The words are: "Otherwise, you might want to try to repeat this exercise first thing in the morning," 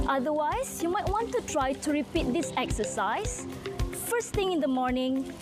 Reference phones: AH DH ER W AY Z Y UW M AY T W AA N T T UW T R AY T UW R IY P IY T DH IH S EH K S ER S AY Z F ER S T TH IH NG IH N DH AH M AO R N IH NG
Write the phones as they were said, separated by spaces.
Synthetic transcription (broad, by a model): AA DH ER W AY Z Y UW M AY T W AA N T T UW T R AY T UW R IY P IY T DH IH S EH K S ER S AY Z F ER S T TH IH NG IH N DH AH M AO R N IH NG